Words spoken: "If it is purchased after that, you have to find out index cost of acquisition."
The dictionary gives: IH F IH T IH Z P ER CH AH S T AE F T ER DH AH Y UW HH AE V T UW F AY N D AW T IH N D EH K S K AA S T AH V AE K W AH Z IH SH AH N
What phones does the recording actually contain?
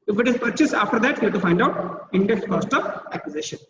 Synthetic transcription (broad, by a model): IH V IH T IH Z P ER CH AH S AA F T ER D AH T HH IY T UW F AY N D AW T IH N D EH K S K AA S T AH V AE K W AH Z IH SH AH N